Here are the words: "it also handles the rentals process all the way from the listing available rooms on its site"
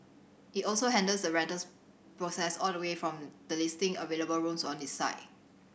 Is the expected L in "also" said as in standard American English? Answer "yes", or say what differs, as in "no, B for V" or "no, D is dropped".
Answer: yes